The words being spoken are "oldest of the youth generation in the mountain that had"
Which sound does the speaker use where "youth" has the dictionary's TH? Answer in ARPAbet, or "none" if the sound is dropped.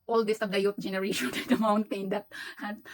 T